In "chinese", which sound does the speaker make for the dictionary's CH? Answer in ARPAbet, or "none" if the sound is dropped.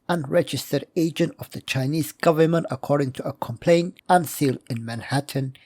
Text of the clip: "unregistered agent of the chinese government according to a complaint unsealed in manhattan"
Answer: CH